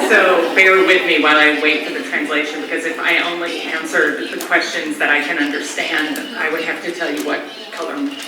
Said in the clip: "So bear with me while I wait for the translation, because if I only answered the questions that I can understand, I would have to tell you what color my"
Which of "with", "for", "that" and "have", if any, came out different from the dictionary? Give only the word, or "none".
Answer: have